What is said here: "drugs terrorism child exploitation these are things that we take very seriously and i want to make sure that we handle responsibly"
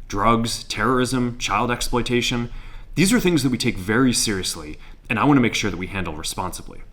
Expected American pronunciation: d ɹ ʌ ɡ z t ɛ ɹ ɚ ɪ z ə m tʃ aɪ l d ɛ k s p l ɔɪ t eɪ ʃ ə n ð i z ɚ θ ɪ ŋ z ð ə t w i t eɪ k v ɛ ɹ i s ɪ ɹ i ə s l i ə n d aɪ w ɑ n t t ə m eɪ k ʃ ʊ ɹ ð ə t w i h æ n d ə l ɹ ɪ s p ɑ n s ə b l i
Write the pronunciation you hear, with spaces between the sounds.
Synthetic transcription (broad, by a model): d ɹ ʌ ɡ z t ɛ ɹ ɚ ɪ z ə m tʃ aɪ l d ɛ k s p l ɔɪ t eɪ ʃ ə n ð i z ɚ θ ɪ ŋ z ð ə t w i t eɪ k v ɛ ɹ i s ɪ ɹ i ə s l i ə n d aɪ w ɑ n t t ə m eɪ k ʃ ʊ ɹ ð ə t w i h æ n d l ɹ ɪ s p ɑ n s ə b l i